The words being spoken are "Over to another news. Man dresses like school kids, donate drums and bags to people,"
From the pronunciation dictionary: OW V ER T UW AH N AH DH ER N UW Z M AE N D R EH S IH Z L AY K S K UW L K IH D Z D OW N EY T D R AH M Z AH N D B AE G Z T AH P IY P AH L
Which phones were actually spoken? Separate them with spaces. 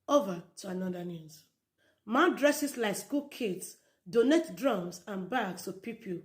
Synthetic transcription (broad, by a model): OW V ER T UW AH N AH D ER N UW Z M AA D R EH S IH S L AY K S K UW L K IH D S D OW N EY T D R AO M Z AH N B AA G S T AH P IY P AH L